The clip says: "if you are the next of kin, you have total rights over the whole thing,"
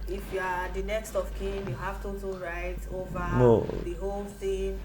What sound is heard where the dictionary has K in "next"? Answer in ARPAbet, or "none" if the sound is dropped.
K